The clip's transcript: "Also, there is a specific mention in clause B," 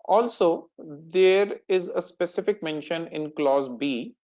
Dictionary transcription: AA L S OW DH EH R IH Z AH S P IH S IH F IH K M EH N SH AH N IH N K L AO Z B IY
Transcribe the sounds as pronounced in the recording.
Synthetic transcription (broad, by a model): AA L S OW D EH R IH Z AH S P IH S IH F IH K M EH N SH AH N IH N K L AO Z B IY